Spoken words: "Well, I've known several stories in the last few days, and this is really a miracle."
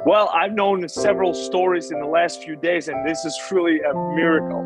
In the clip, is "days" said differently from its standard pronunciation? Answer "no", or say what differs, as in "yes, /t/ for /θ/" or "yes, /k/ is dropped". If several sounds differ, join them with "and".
no